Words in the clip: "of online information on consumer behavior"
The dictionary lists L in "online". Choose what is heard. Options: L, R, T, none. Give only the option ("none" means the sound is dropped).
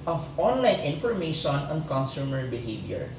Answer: L